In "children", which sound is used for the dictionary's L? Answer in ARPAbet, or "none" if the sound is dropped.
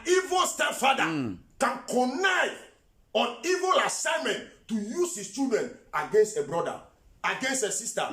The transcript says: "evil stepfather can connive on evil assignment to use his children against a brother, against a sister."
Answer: none